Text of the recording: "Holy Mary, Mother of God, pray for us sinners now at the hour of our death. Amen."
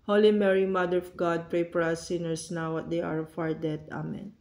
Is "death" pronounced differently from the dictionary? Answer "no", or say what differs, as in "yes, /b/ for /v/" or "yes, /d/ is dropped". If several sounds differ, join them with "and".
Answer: yes, /t/ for /θ/